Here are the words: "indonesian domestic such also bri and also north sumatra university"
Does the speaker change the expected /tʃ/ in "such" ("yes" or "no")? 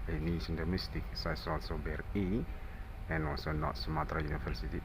yes